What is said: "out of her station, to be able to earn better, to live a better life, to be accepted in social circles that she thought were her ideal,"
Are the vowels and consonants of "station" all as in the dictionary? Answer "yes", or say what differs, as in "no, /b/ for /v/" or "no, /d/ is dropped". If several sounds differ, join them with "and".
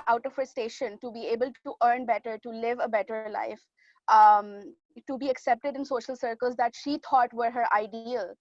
yes